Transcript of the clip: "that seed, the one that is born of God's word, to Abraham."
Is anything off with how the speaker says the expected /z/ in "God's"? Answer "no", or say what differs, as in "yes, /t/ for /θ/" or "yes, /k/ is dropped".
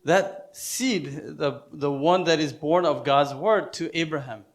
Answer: no